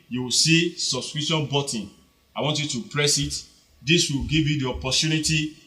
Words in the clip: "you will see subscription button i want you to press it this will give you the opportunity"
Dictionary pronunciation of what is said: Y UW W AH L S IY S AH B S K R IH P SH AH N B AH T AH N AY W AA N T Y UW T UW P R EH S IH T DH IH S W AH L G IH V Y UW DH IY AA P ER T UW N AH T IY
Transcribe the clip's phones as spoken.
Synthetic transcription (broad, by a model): Y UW W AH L S IY S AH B S K R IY SH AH N B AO T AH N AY W AA N T Y UW T UW P R EH S IH T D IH S W AH L G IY V Y UW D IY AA P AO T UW N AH T IY